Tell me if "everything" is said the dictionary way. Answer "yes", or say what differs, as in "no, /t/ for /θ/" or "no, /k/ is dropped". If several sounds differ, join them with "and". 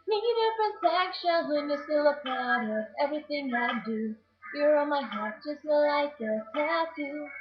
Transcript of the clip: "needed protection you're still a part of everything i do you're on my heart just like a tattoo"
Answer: yes